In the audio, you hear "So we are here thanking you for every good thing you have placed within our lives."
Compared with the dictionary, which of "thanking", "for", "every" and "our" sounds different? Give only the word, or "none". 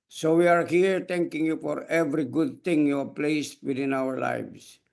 thanking